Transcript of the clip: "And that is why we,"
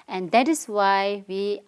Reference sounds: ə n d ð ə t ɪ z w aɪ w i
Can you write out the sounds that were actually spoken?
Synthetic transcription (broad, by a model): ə n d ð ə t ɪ s w aɪ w i